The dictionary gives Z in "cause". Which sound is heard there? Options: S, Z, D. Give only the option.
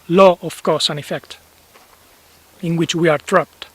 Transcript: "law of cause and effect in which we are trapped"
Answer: S